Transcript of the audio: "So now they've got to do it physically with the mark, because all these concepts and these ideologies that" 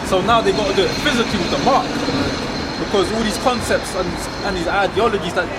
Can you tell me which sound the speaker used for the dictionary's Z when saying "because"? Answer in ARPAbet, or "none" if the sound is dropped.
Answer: Z